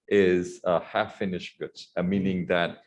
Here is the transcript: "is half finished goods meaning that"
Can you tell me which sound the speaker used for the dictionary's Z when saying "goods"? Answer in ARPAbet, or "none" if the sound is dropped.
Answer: none